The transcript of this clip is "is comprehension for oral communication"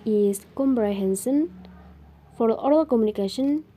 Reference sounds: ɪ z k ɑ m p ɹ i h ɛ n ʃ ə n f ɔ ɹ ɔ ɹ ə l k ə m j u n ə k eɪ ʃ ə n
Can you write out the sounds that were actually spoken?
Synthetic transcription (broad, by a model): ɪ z k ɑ m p ɹ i h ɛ n s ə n f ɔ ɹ ɔ ɹ ə l k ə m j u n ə k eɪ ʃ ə n